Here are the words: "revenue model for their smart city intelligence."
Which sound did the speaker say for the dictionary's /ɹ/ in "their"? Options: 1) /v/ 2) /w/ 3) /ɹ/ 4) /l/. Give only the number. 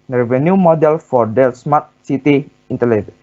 4